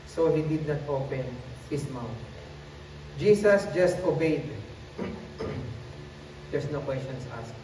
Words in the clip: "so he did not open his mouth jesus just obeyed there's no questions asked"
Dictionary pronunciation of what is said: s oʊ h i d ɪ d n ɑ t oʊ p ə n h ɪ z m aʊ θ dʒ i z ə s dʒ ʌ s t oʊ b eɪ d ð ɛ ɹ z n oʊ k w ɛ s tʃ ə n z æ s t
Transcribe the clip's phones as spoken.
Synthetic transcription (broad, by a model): s oʊ h i d ɪ d n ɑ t oʊ p ə n h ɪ s m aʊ t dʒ i s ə s dʒ ʌ s t oʊ b eɪ d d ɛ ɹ s n oʊ k w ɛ s tʃ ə n s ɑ s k